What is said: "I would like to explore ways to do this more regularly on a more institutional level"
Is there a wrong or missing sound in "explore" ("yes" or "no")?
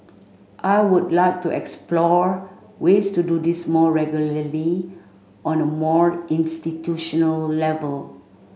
no